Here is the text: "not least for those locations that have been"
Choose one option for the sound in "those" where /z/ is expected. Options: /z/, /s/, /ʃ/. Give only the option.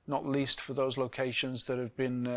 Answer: /z/